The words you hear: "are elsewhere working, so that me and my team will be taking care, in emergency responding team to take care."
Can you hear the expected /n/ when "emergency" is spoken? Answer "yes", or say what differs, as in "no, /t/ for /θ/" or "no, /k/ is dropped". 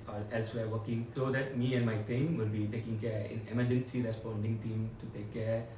yes